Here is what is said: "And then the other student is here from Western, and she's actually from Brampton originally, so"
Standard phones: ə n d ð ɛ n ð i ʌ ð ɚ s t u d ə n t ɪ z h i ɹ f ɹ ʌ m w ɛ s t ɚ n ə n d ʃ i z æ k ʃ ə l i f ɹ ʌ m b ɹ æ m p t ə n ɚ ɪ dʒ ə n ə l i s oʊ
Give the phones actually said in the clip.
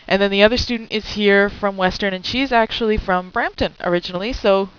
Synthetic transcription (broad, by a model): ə n ð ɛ n ð i ʌ ð ɚ s t u d n t ɪ z h i ɹ f ɹ ʌ m w ɛ s t ɚ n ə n ʃ i z æ k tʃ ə l i f ɹ ʌ m b ɹ æ m p t ə n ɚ ɪ dʒ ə n l i s oʊ